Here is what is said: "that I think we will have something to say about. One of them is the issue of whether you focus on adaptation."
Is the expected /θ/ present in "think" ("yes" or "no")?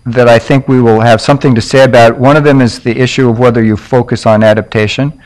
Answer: yes